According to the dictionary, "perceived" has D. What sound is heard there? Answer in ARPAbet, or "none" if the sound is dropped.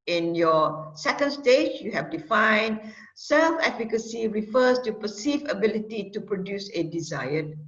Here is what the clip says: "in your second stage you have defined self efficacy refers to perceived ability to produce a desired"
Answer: none